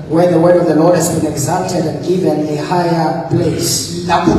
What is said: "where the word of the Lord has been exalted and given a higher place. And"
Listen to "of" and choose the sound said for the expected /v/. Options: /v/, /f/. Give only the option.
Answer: /v/